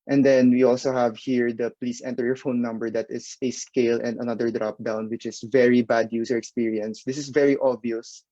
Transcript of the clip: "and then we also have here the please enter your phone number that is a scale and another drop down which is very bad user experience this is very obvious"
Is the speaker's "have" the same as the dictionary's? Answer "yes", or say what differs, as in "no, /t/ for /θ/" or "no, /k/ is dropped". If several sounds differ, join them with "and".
yes